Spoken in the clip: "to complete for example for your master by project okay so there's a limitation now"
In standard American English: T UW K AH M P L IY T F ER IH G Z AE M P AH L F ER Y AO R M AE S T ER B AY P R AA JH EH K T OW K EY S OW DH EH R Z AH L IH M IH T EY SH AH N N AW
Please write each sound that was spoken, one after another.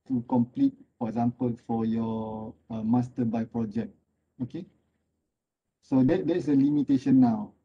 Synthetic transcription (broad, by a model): T UW K AH M P L IY T F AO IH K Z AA M P AH L F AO Y AO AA M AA S T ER B AY P R AA JH EH K T OW K EY S OW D EH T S AH L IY M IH T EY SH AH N N AW